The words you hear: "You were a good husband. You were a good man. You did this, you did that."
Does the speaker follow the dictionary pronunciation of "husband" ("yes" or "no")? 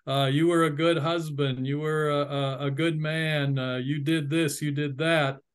yes